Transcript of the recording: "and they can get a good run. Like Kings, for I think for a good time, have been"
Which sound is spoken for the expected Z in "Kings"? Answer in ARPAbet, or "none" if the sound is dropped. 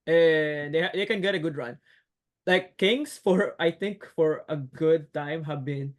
S